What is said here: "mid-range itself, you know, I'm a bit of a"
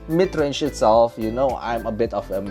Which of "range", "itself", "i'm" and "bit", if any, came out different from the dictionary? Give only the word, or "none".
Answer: range